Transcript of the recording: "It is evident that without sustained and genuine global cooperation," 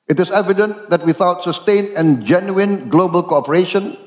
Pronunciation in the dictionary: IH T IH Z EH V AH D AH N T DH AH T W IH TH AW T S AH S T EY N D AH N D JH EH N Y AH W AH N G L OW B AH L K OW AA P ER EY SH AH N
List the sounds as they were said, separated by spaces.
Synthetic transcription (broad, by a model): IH T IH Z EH V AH D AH N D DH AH T W IH TH AW T S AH S T EY N AH N JH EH N Y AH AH N G L OW B AH L K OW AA P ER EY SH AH N